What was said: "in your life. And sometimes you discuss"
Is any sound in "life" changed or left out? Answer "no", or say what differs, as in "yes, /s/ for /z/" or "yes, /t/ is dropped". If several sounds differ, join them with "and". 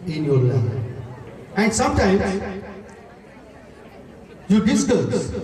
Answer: yes, /f/ is dropped